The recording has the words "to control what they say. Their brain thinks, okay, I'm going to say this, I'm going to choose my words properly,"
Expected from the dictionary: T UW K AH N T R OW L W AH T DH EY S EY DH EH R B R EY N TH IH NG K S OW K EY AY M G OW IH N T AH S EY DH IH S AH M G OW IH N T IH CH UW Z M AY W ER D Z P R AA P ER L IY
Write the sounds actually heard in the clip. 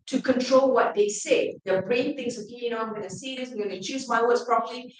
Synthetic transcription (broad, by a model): T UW K AH N T R OW L W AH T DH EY S EY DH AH B R EY N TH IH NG S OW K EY AY M G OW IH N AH S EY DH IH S AH M G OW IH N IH CH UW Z M AY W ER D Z P R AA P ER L IY